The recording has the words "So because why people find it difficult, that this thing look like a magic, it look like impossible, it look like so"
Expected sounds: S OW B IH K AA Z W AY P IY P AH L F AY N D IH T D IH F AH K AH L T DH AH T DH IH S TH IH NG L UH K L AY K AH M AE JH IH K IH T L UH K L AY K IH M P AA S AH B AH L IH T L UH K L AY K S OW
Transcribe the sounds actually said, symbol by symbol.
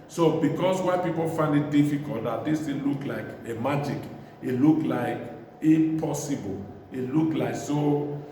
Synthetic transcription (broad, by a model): S OW B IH K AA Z W AY P IY P AH L F AY N D IH T D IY F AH K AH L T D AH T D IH S T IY L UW K L AY K AH M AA JH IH K IH T L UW K L AY K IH P AA S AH B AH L IH T L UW K L AY K S OW